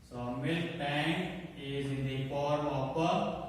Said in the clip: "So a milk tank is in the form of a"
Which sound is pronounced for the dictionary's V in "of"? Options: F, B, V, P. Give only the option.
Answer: P